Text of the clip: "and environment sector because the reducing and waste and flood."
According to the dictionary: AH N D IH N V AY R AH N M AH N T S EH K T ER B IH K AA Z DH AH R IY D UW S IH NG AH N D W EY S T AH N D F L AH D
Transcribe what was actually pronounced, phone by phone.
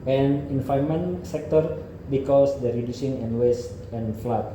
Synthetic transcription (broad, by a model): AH N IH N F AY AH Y M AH N S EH K T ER B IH K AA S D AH R IY D UW S IH NG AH N W EY S T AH N F L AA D